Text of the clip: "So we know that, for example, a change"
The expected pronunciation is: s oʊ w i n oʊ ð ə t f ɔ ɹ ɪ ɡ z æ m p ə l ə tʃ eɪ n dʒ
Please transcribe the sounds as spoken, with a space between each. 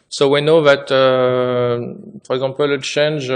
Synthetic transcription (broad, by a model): s oʊ w i n oʊ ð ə t p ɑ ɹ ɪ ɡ z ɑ p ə l ə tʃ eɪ n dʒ